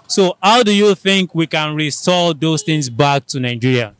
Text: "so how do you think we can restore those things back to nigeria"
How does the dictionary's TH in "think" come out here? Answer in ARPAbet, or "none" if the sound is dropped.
TH